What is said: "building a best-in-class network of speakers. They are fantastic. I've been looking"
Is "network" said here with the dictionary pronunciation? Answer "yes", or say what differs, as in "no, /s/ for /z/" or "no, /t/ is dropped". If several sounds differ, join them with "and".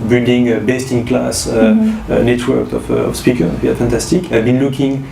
yes